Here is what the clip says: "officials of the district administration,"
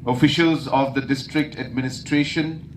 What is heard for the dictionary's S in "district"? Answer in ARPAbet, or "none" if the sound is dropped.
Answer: S